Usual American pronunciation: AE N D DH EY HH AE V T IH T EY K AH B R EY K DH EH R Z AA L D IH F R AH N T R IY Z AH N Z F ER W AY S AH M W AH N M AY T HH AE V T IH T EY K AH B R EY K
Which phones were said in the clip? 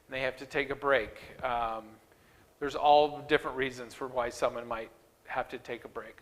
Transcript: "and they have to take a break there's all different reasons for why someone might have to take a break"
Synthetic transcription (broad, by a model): N DH EY HH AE F T IH T EY K AH B R EY K DH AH R Z AA L D IH F R AH N T R IY Z AH N Z F ER W AY S AH M W AH N M AY T HH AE F T IH T EY K AH B R EY K